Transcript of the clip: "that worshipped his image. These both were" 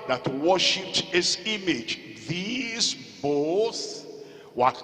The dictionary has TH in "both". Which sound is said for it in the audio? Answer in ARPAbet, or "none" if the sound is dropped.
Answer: S